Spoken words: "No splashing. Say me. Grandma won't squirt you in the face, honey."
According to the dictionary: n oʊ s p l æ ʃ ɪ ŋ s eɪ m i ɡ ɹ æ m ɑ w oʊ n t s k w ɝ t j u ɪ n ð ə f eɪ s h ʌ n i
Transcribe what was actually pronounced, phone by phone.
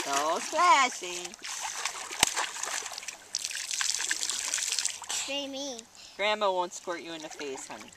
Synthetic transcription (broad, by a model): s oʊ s l æ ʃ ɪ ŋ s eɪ m i ɡ ɹ æ m ɑ w oʊ n t s k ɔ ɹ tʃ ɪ ɪ n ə f eɪ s h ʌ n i